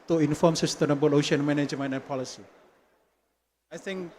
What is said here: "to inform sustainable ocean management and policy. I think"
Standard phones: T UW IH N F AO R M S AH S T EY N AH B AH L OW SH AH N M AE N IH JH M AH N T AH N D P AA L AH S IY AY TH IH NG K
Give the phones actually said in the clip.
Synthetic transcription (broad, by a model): T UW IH N F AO M S AH S T EY N AH B AH L OW SH AH N M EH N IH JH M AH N AH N P AA L AH S IY AY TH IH NG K